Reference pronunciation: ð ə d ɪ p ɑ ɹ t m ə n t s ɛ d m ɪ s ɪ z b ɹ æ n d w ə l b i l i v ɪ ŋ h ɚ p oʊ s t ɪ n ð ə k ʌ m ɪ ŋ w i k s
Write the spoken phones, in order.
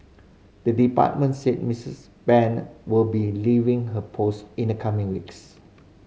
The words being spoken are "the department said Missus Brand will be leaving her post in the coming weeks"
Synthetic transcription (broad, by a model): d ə d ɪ p ɑ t m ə n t s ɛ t m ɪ s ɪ s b ɛ n w ə l b i l i v ɪ ŋ h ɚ p oʊ s t ɪ n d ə k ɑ m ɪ ŋ w i k s